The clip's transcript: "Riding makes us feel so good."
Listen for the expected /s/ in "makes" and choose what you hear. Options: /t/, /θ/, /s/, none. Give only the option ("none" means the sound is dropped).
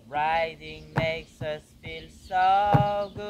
/s/